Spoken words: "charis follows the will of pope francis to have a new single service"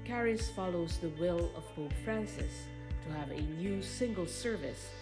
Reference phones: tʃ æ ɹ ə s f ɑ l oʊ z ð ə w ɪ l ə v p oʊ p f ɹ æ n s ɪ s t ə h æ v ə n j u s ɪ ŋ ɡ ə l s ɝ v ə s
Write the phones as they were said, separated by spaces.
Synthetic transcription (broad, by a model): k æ ɹ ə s f ɑ l oʊ z ð ə w ɪ l ə v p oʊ f ɹ æ n s ɪ s t ə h v ə n j u s ɪ ŋ ɡ ə l s ɝ v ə s